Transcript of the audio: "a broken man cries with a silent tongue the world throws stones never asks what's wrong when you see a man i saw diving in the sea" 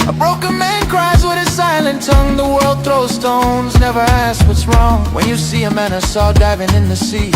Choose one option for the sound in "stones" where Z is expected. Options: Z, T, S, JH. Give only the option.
Z